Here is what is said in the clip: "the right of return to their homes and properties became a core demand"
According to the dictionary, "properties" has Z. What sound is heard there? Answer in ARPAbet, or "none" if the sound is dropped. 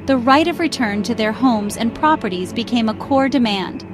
Z